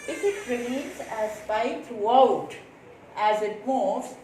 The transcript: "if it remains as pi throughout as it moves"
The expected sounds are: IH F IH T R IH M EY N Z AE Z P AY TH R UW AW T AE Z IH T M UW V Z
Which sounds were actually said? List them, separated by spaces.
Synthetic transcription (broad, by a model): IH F IH T R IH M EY N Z AE Z B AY T R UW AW T AE Z IH T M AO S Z